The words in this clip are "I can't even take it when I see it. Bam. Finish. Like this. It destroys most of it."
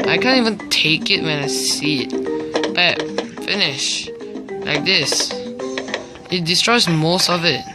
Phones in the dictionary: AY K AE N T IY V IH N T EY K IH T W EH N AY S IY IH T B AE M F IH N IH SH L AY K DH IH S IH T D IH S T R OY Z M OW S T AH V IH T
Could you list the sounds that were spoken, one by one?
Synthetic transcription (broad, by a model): AY K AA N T IY V IH N T EY K IH T W EH N AY S IY IH T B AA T F IH N IH SH L AY K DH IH S IH T D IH S T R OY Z M OW S T AH V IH T